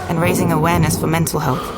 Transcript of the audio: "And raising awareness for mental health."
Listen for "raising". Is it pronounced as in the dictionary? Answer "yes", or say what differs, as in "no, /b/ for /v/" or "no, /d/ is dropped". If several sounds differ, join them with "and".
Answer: yes